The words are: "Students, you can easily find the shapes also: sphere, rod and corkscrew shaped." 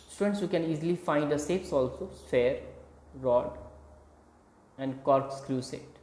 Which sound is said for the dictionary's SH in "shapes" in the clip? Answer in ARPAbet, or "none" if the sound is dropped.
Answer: S